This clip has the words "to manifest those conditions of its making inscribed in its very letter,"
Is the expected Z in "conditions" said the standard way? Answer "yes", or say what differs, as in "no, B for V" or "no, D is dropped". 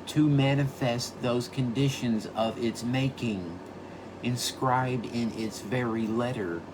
yes